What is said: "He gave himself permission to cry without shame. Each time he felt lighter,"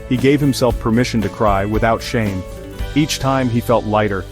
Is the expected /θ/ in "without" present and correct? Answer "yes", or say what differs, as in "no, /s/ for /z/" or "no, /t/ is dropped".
yes